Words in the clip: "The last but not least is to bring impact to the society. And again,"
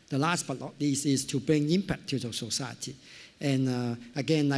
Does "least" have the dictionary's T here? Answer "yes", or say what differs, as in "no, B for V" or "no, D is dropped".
no, T is dropped